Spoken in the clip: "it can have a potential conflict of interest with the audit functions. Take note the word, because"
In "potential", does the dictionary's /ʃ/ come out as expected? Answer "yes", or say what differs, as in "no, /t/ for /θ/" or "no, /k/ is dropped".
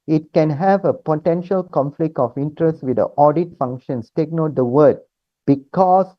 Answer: yes